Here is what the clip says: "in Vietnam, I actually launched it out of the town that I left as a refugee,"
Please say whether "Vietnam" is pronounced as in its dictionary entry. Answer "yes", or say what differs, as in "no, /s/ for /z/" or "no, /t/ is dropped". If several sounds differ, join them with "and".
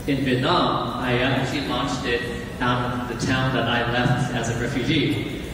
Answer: no, /l/ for /n/